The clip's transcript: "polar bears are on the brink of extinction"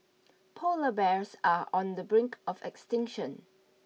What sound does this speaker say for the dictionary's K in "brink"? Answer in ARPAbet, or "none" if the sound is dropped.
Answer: K